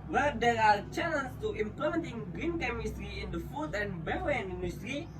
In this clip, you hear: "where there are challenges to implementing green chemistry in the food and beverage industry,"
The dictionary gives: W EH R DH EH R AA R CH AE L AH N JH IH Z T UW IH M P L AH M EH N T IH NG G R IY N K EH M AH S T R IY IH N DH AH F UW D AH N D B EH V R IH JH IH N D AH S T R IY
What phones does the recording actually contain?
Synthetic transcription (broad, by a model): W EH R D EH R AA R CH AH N IH S T UW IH M P L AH M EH N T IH NG G R IY N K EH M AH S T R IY IH N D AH F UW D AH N B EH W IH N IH N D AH S T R IY